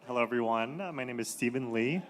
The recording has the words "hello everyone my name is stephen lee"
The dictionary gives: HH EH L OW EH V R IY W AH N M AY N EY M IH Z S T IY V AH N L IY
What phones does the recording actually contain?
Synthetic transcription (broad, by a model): HH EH L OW EH V R IY W AH N M AY N EY M IH Z S T IY V AH N L IY